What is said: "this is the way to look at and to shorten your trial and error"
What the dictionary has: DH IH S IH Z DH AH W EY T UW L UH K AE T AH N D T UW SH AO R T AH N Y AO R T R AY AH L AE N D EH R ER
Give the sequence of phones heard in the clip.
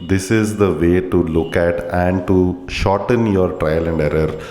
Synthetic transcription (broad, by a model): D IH S IH Z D AH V EY T UW L UH K AE T AH N D T UW SH AO R T AH N Y AO R T R AY AH L AE N D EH R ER